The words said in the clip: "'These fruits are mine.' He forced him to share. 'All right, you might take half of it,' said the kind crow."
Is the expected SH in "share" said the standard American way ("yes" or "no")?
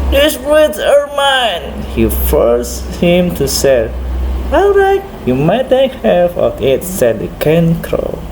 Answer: no